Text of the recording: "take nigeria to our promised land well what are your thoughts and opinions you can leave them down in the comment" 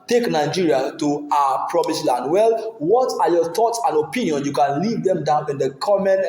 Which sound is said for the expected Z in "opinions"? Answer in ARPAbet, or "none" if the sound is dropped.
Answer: none